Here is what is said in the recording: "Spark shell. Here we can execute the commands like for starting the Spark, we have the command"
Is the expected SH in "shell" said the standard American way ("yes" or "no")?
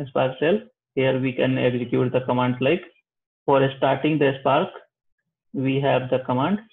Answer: no